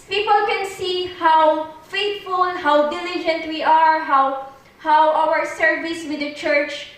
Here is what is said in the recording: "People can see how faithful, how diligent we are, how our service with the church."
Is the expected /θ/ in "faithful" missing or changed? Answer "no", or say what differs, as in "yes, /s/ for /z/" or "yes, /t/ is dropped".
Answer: yes, /t/ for /θ/